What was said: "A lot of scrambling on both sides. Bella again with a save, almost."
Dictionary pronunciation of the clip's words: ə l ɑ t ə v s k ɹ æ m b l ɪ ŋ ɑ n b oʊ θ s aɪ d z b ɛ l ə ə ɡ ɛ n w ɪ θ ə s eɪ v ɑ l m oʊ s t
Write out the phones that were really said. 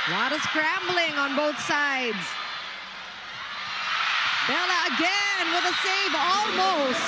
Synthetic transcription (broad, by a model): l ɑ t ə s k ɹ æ m b l ɪ ŋ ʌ n b oʊ θ s aɪ d z b ɛ l ə ə ɡ ɛ n w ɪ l ə s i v ɑ l m oʊ s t